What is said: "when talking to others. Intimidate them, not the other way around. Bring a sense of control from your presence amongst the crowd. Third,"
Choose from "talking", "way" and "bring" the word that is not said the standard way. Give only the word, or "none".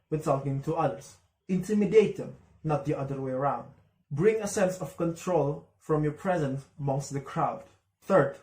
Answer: talking